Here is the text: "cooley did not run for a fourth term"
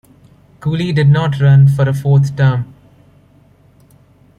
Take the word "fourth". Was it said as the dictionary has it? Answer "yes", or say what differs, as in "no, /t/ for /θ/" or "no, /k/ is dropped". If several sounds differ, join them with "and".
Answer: no, /t/ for /θ/